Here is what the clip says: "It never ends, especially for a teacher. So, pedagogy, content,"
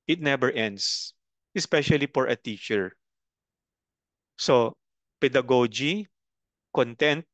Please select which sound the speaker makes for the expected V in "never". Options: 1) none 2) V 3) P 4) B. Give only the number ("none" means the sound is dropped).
4